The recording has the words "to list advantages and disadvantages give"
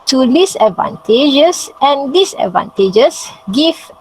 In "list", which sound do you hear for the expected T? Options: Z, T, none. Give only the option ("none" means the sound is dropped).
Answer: none